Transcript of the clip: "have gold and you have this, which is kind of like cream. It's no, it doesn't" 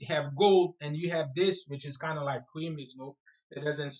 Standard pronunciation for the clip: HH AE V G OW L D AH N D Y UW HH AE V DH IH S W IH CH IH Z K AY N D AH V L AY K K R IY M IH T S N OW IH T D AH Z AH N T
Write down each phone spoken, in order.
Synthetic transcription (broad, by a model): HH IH V G OW L D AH N Y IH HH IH V DH IH S W IH CH IH Z K AY N D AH L AY K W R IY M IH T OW IH T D AH Z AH N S